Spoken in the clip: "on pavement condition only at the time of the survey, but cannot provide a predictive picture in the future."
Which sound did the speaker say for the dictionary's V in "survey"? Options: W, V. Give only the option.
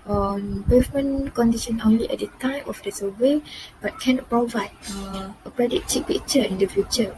W